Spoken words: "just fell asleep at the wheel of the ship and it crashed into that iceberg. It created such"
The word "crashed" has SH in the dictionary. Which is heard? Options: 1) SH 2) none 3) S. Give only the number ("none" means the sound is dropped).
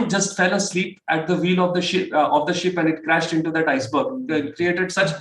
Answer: 1